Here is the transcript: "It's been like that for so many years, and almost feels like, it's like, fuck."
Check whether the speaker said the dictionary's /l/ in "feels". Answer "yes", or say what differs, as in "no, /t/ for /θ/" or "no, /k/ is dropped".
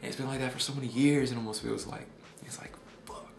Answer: no, /w/ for /l/